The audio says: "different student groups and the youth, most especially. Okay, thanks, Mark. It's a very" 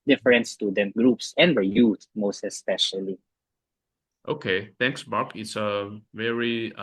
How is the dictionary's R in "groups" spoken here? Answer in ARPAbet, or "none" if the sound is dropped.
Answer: R